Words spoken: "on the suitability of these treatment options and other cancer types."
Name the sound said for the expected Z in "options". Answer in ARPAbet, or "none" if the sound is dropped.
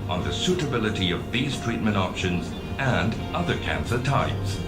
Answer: Z